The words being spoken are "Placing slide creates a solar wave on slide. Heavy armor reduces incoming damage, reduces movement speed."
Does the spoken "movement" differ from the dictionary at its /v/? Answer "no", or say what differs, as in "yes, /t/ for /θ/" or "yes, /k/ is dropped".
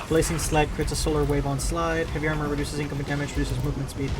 no